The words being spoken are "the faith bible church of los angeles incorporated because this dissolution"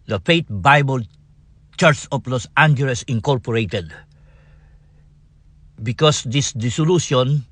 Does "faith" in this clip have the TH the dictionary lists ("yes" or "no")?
no